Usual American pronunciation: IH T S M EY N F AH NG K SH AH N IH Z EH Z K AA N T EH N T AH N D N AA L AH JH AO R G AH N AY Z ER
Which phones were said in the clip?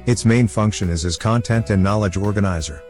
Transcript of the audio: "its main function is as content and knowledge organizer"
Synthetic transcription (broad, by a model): IH T S M EY N F AH NG K SH AH N IH Z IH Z K AA N T EH N T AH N N AA L AH JH AO R G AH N AY Z ER